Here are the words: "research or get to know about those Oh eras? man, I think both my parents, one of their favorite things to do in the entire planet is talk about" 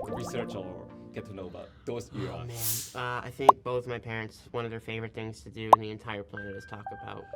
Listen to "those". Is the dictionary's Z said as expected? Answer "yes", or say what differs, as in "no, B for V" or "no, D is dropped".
no, Z is dropped